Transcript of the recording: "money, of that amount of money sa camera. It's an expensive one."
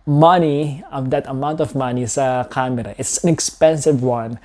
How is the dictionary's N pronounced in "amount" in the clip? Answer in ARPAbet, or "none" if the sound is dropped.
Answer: N